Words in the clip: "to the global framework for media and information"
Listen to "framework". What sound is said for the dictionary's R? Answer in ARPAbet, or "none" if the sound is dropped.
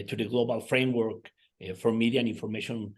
R